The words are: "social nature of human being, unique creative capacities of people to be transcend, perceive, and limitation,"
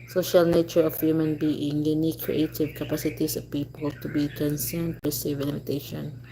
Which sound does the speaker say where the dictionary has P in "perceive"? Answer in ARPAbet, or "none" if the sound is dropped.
B